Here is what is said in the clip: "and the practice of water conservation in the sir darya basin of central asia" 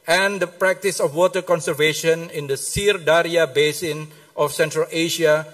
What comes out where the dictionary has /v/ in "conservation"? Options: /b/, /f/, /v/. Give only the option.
/v/